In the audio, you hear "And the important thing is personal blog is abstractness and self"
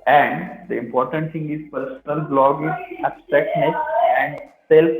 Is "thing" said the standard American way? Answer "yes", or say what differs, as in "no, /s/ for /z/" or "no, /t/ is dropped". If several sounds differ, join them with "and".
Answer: no, /s/ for /θ/